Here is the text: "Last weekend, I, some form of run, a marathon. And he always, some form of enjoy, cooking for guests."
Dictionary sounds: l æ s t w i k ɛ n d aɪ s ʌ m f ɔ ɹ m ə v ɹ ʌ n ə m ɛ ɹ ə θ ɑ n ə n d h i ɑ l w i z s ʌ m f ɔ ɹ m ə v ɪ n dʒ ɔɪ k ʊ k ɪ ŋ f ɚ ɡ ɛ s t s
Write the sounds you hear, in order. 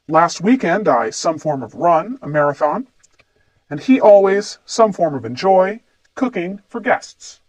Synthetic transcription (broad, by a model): l æ s t w i k ɛ n d aɪ s ʌ m f ɔ ɹ m ə v ɹ ʌ n ə m ɛ ɹ ə θ ɑ n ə n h i ɑ l w i z s ʌ m f ɔ ɹ m ə v ɪ n dʒ ɔɪ k ʊ k ɪ ŋ f ɚ ɡ ɛ s t s